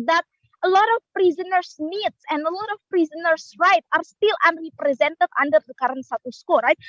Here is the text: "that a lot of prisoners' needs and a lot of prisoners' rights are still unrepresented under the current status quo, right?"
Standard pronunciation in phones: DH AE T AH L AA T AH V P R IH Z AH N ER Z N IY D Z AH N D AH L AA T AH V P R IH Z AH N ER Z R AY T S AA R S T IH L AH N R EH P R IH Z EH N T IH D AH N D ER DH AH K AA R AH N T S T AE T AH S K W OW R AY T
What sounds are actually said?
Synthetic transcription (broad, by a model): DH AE T AH L AA T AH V P R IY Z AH N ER S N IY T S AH N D AH L AA T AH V P R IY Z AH N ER S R AY T AA R S T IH L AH N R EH P R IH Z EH N T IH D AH N D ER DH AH K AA R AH N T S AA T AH S K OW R AY T